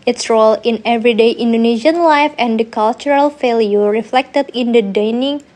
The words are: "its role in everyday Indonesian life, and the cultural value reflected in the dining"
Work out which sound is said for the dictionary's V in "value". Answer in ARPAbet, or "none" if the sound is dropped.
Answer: F